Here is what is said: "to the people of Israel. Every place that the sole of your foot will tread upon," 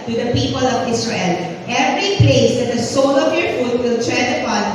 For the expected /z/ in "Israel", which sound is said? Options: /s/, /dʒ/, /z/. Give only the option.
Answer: /s/